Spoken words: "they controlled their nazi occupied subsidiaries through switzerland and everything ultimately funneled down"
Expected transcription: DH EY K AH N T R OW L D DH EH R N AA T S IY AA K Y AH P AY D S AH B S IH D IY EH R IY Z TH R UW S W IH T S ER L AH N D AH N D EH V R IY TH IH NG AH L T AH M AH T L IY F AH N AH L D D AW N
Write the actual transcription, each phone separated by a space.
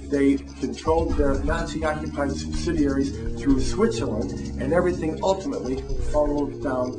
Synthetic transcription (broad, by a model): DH EY K AH N T R OW L D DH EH R N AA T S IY AA K Y AH P AY D S AH B S IH D IY EH R IY Z TH R UW S W IH T S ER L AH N AH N EH V R IY TH IH NG AH L T AH M AH T L IY F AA L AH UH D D AW N